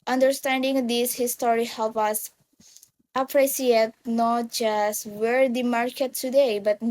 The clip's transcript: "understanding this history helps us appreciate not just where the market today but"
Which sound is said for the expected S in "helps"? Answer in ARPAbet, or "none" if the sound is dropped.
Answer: none